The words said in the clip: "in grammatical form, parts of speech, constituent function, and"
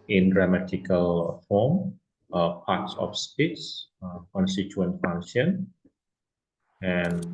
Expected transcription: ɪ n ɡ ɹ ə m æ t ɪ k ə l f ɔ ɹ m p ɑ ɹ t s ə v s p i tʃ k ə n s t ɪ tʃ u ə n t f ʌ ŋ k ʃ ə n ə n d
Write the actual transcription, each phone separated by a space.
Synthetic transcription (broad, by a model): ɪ n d ɹ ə m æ t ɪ k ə l f ɔ m p ɑ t s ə f s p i s k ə n s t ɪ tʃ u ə n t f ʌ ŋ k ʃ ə n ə n